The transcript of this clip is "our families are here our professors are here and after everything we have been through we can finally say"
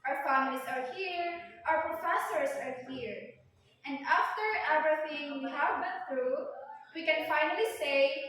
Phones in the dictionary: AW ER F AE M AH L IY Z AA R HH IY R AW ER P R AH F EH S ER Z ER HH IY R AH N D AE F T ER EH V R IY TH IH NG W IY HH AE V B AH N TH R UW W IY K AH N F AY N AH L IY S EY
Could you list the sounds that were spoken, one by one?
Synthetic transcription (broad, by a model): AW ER F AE M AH L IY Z AA R HH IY R AW ER P R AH F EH S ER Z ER HH IY R AH N D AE F T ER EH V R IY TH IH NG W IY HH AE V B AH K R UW W IY K AH N F AY N AH L IY S EY